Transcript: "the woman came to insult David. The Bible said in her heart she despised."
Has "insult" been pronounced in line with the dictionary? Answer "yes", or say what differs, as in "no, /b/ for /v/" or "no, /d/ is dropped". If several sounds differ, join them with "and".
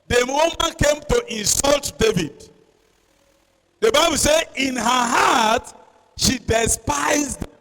yes